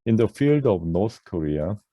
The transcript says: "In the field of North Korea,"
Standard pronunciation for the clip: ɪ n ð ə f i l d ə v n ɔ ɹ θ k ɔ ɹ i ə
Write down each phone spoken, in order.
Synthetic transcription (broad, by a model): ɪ n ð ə f i l d ə v n ɔ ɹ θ k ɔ ɹ i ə